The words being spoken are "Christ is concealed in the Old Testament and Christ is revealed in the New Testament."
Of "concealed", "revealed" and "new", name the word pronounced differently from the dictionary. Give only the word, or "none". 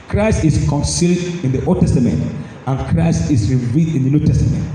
none